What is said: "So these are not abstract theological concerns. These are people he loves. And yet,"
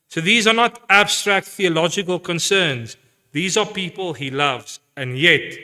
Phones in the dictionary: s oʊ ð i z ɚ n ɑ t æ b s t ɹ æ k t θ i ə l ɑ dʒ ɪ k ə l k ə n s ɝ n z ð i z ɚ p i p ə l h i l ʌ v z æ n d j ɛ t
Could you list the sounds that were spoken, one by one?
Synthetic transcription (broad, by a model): s oʊ ð i z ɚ n ɑ t æ b s t ɹ æ k t θ i ə l ɑ dʒ ɪ k ə l k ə n s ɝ n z ð i z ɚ p i p ə l h i l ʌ v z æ n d j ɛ t